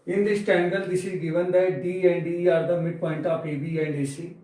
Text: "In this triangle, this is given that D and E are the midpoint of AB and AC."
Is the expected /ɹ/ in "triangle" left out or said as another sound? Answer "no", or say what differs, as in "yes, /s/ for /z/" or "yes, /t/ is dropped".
yes, /ɹ/ is dropped